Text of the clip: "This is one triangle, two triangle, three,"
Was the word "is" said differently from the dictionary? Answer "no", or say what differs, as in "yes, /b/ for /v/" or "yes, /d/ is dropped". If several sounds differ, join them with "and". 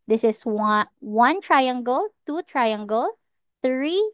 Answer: yes, /s/ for /z/